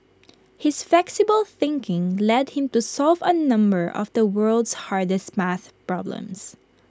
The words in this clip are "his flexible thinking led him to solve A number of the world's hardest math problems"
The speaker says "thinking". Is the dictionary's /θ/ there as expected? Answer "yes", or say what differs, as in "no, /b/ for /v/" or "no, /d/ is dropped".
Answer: yes